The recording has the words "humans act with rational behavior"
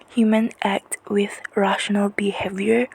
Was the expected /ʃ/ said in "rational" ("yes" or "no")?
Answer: yes